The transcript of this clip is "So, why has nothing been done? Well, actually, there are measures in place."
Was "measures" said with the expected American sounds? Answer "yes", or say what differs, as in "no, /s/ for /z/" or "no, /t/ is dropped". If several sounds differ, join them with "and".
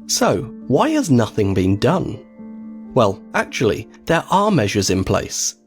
yes